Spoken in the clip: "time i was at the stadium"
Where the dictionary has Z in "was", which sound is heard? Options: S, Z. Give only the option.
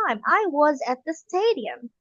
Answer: Z